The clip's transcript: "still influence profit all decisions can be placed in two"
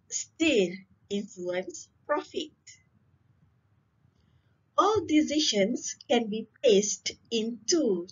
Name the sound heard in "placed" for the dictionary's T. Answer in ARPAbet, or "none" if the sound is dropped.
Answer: T